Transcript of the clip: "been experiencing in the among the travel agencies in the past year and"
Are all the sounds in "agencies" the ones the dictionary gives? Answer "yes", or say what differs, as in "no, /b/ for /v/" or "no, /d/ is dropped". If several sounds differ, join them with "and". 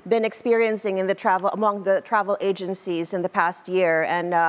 yes